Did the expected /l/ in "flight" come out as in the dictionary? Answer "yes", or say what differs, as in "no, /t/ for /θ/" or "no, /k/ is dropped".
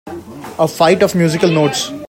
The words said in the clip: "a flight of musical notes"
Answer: no, /l/ is dropped